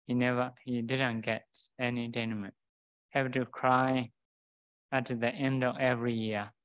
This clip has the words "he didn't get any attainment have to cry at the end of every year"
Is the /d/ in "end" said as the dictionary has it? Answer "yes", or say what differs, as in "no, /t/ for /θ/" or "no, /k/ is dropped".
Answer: yes